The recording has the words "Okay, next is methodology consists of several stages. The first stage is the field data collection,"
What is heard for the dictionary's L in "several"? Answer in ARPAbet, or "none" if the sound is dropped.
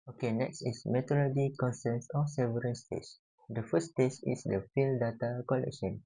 N